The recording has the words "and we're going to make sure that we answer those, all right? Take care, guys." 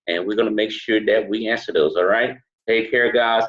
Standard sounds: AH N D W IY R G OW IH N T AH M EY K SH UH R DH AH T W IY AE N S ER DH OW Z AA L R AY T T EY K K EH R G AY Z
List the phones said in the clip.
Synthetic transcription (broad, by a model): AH N W IY R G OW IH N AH M EY K SH UH R DH AH T W IY AE N S ER DH OW Z AA L R AY T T EY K K EH R G AY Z